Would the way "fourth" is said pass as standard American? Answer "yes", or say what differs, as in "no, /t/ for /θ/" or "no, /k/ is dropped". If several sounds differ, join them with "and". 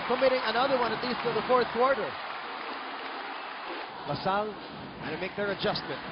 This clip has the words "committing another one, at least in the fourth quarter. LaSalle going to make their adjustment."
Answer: yes